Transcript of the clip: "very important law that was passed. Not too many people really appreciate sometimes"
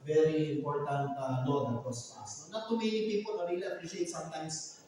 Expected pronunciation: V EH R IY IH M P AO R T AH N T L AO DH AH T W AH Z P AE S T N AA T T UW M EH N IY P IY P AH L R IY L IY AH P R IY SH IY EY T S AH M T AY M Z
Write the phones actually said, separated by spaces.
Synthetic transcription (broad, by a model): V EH R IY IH M P AO R T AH N T N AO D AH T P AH S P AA S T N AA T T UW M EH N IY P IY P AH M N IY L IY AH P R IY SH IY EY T S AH M T AY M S